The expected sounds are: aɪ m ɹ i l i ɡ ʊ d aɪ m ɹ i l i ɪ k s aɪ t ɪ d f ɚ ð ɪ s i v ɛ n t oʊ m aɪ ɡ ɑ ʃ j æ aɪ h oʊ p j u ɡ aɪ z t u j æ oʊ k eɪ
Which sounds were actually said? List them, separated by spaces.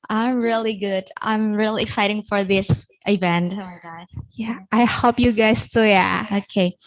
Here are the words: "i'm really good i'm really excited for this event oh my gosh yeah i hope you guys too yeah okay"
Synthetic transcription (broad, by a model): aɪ m ɹ i l i ɡ ʊ d aɪ m ɹ i l i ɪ k s aɪ t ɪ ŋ f ɚ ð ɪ s i v ɛ n t oʊ m aɪ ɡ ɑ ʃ j æ aɪ h oʊ p j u ɡ aɪ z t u j æ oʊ k eɪ